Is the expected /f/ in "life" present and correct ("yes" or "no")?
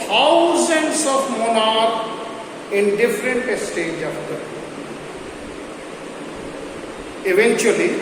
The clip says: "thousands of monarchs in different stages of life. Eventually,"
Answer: no